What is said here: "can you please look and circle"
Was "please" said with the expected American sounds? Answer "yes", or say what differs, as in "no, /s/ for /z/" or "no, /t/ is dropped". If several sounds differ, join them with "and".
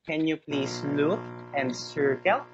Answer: no, /s/ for /z/